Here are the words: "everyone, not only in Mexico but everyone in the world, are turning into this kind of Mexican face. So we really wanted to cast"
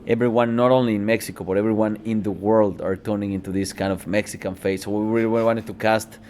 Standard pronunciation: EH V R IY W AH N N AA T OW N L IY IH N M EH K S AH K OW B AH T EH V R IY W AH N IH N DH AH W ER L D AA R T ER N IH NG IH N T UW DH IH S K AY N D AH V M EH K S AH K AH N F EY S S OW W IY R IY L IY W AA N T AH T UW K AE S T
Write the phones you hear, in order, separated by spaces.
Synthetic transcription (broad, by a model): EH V R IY W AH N N AA T OW N L IY IH N M EH K S AH K OW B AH T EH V R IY W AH N IH N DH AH W ER L D AA R T ER N IH NG IH N T UW DH IH S K AY N D AH V M EH K S AH K AH N F EY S S OW W IY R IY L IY W AA N T AH T UW K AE S T